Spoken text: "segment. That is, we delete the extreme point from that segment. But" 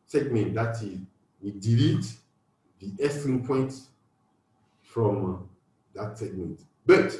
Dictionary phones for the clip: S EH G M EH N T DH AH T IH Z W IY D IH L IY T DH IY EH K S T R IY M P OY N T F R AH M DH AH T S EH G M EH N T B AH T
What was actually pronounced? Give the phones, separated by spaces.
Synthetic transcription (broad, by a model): S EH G M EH N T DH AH T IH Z W IY D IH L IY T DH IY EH S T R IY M P OY N T F R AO M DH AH T S EH G M EH N T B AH T